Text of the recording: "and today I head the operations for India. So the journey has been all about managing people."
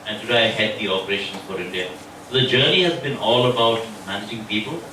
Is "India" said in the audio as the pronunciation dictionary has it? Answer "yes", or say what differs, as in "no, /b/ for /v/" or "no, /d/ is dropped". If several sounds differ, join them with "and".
yes